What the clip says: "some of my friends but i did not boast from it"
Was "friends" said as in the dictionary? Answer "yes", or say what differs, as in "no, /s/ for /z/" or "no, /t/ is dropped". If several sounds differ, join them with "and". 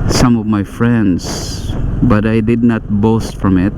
no, /s/ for /z/